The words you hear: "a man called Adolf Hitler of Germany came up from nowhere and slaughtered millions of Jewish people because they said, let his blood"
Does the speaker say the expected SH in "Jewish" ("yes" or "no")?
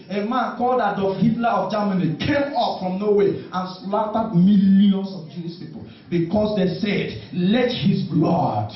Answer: no